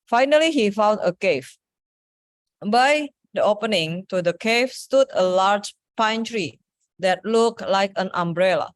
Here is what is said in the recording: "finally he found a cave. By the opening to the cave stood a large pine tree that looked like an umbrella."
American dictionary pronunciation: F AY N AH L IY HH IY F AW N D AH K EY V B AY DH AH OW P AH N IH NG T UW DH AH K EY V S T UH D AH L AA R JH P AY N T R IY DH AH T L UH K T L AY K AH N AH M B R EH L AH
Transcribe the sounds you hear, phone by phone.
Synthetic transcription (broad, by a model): F AY N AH L IY HH IY F AW N D AH K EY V B AY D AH OW P AH N IH NG T UW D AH K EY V S T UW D AH L AA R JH P AY N T R IY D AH T L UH K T L AY K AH N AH M B R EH L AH